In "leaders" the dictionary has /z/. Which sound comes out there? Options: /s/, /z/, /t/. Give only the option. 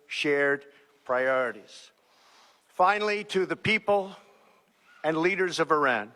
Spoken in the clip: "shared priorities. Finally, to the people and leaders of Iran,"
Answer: /z/